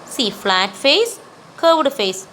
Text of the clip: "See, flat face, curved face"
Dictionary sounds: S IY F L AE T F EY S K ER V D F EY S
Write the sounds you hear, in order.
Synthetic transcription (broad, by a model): S IY F L AE T F EY S K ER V D F EY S